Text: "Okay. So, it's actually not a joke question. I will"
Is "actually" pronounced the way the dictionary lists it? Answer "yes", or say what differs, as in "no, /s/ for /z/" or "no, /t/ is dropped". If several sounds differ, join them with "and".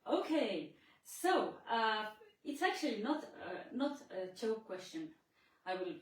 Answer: no, /n/ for /l/